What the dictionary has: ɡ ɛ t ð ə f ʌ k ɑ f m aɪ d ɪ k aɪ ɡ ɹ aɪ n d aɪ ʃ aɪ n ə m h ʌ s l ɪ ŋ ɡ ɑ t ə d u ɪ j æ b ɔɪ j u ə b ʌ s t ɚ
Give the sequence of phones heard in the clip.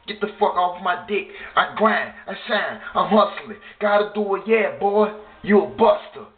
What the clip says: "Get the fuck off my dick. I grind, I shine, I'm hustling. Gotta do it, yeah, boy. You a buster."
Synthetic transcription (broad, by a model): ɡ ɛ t ð ə f ʌ k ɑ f m aɪ d ɪ k aɪ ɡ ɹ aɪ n aɪ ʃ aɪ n ə m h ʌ s l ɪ ɡ ɑ t ə d u ɪ j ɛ b ɔɪ j u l b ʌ s t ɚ